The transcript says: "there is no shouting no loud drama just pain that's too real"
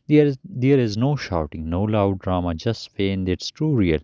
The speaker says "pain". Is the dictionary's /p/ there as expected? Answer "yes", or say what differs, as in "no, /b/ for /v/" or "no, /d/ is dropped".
no, /f/ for /p/